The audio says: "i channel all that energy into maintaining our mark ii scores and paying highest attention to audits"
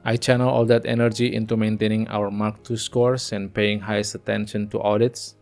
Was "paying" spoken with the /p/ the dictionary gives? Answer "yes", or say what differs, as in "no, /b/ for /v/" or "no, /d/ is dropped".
yes